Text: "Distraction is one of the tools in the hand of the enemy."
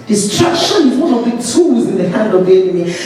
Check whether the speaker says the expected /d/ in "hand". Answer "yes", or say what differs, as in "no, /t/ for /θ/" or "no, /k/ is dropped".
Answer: yes